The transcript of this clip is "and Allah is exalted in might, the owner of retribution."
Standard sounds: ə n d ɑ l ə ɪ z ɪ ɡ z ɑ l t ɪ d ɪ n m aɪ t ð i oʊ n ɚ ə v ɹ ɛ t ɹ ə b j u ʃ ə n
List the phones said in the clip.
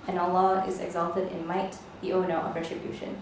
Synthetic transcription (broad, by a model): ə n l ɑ ə ɪ z ɪ ɡ z ɑ l t ɪ d ɪ n m aɪ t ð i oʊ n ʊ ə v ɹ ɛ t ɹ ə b j u ʃ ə n